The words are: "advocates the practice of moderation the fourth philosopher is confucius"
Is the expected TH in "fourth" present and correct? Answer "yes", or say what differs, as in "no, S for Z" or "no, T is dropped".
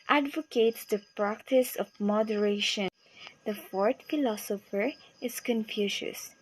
no, T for TH